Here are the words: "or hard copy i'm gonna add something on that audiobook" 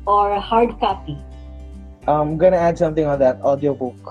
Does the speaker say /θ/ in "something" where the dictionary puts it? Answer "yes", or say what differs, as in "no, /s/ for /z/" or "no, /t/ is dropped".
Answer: no, /t/ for /θ/